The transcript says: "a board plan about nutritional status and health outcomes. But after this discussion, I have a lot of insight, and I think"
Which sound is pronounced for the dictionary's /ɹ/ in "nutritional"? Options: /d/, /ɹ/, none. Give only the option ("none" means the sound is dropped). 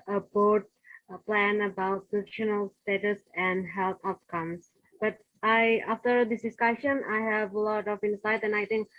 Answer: none